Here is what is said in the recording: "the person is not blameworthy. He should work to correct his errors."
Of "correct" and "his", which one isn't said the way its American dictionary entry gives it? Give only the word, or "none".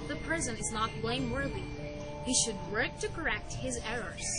none